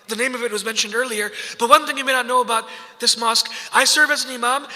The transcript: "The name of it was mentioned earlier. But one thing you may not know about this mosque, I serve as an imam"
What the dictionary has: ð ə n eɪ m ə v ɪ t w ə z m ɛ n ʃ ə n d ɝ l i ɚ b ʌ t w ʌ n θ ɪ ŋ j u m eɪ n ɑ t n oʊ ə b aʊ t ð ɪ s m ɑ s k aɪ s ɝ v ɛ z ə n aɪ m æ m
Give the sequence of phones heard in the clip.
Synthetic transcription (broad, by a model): ð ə n eɪ m ə v ɪ t w ə z m ɛ n ʃ ə n d ɝ l i ɚ b ʌ t w ʌ n θ ɪ ŋ j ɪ m eɪ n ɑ t n oʊ ə b aʊ t ð ɪ s m ɑ s k aɪ s ɝ v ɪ z ə n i m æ m